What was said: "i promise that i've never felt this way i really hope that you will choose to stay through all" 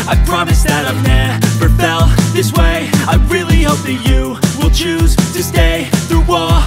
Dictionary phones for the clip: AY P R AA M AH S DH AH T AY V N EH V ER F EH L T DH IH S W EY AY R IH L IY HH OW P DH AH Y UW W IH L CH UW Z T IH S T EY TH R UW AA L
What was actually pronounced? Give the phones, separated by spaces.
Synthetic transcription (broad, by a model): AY P R AA M AH S DH AH T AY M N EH F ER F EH L DH IH S W EY AY R IH L IY HH OW P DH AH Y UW W IH L CH UW Z T IH S T EY TH R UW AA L